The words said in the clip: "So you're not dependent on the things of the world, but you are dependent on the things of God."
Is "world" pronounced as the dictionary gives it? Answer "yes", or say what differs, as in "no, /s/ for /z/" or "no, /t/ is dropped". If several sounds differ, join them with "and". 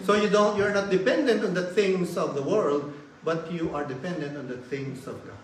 yes